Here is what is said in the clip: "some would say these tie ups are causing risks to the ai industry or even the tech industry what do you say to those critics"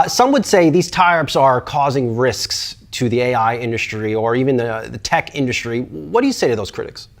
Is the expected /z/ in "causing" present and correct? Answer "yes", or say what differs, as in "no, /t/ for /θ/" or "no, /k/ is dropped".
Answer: yes